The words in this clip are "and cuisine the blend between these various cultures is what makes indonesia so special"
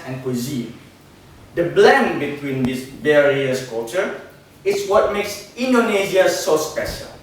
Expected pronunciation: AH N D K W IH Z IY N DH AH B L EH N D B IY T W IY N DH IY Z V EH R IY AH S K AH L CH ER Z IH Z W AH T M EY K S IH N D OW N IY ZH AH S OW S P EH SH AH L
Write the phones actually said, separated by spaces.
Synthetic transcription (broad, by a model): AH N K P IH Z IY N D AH B L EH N B IY T W IY N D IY S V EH R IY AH S K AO CH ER IH S W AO T M EY K S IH N D OW N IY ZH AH S OW S P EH SH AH L